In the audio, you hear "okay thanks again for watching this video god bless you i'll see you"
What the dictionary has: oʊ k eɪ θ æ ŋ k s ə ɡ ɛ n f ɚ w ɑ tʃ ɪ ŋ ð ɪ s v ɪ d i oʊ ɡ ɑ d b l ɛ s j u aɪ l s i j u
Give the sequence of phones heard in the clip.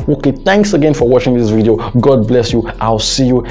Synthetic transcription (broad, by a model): oʊ k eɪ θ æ ŋ k s ə ɡ ɛ n f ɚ w ɑ tʃ ɪ ŋ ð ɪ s v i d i oʊ ɡ ɑ d b l ɛ s j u aɪ l s i j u